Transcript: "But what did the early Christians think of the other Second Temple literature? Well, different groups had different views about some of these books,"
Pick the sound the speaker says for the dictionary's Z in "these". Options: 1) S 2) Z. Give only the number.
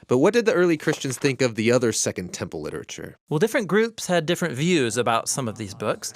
2